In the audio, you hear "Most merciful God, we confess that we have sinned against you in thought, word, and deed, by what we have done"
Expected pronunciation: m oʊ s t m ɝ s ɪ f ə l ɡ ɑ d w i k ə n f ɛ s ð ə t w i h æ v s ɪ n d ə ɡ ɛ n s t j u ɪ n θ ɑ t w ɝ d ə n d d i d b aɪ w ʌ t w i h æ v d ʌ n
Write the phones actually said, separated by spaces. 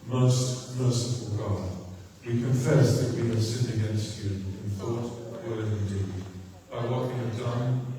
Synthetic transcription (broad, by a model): m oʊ s t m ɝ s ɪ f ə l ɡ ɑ w i k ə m f ɛ s ð ə t w i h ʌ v s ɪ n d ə ɡ ɛ n s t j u ɪ n θ ɑ t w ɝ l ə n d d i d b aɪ w ʌ t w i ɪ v d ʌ n